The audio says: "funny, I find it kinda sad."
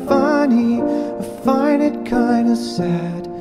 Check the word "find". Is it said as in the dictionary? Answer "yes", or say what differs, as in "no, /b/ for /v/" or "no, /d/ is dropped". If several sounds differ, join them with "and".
no, /d/ is dropped